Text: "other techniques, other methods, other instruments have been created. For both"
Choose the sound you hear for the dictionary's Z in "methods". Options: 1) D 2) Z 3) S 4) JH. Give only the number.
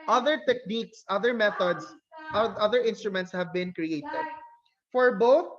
3